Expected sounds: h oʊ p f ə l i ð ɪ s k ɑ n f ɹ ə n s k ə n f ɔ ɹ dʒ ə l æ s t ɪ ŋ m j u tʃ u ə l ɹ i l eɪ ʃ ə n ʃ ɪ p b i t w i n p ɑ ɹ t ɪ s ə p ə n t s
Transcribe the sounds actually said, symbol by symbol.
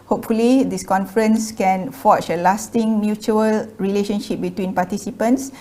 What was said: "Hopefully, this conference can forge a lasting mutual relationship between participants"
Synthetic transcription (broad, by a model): h oʊ p f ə l i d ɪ s k ɑ n f ɹ ə n s k ə n f ɔ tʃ ə l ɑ s t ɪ ŋ m j u tʃ u ə l ɹ i l eɪ ʃ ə n ʃ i p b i t w i n p ɑ t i s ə p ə n t s